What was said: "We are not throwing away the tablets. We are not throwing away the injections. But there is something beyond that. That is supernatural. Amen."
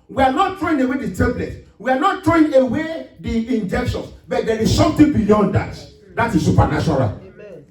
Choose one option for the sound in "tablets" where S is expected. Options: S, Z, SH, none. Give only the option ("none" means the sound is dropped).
none